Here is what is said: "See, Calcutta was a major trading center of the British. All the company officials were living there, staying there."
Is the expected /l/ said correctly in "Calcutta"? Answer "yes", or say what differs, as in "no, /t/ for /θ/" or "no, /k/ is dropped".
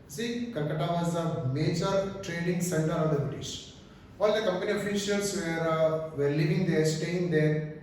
no, /n/ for /l/